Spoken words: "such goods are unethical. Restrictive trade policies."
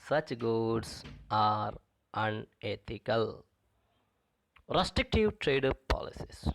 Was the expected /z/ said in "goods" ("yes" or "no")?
no